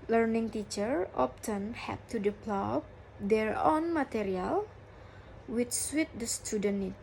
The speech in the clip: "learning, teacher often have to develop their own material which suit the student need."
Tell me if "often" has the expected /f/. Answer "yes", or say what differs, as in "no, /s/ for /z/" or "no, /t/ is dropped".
no, /p/ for /f/